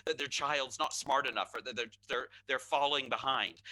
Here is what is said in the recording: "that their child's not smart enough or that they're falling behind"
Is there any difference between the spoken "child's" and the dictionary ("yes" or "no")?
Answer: no